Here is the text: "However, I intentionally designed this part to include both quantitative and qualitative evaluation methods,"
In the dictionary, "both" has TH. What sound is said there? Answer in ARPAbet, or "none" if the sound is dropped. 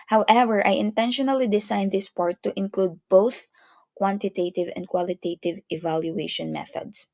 TH